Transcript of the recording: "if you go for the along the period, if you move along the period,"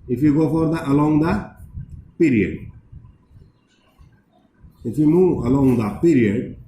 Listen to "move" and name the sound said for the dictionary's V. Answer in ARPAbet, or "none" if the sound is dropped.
none